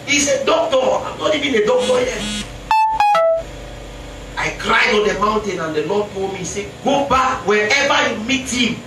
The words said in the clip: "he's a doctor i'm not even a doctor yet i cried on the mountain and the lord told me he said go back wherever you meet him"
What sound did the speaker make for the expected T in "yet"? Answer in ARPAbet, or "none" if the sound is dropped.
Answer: none